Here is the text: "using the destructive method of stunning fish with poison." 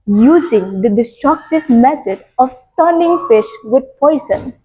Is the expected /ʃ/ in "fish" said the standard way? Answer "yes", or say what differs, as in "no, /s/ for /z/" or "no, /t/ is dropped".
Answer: yes